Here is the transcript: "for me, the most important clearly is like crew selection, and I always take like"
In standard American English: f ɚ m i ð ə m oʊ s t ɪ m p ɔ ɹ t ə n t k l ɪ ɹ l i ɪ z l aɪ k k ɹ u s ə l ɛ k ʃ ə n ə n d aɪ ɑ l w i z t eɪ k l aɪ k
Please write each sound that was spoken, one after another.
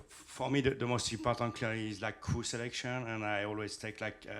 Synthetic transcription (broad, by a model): f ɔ m i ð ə m oʊ s t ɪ p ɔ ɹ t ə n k l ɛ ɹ i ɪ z l aɪ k k u s ə l ɛ k ʃ ə n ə n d aɪ ɑ l w i z t eɪ k l aɪ k